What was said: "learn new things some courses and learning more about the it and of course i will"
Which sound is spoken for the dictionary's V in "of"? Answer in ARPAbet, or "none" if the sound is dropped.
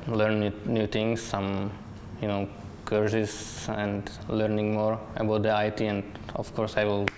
F